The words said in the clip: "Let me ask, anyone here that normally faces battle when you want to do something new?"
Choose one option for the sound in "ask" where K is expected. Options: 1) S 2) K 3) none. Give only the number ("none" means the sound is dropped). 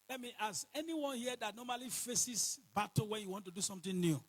3